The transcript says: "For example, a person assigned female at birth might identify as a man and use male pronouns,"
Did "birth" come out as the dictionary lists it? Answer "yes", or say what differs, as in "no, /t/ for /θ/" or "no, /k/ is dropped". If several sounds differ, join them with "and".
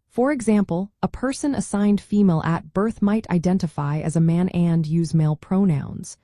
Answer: yes